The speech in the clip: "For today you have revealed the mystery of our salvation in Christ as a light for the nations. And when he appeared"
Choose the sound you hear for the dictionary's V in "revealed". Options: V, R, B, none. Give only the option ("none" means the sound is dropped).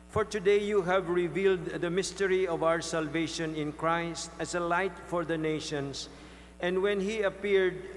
V